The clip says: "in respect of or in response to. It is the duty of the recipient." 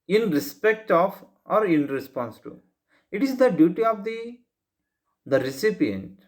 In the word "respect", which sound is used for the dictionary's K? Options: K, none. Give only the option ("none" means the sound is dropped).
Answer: K